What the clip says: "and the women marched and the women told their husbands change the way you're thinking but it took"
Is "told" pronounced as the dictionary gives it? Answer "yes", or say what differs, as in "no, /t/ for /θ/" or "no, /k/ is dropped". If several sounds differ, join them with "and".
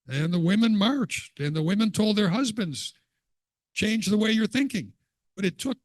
yes